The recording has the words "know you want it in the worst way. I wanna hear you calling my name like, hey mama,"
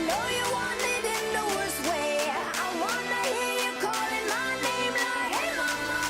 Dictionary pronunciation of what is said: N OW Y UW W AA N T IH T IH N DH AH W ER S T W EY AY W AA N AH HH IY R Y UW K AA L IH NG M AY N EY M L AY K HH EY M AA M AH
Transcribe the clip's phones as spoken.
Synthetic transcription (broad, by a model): N OW Y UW W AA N IH T IH N DH AH W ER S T W EY AY W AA N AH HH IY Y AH K AA L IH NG M AY N EY M N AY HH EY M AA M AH